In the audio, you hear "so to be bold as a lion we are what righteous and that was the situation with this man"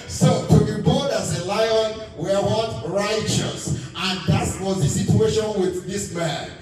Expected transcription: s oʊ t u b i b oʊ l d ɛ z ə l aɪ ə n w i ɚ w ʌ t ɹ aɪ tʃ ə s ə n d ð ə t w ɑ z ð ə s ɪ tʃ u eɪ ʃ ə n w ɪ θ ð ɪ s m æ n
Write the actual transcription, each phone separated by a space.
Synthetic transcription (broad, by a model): s oʊ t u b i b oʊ d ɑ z ə l aɪ ə n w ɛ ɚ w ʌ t ɹ aɪ tʃ ə s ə n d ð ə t w ɑ z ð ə s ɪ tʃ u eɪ ʃ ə n w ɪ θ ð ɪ s m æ n